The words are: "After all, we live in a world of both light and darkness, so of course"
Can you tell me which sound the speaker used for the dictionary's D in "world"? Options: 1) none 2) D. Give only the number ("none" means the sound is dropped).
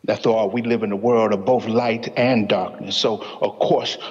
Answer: 2